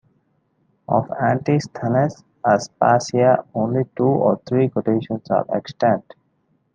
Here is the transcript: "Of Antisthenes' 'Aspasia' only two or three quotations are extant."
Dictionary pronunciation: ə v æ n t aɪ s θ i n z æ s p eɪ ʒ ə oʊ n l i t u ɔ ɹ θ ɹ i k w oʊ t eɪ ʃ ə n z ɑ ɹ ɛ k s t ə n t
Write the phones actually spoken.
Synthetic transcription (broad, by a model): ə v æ n t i s t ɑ n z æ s p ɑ s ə oʊ n l i t u ɔ ɹ t ɹ i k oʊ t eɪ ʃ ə n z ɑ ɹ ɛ k s t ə n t